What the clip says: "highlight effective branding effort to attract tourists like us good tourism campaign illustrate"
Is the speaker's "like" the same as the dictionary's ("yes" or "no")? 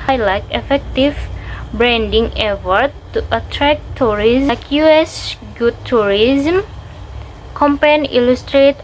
no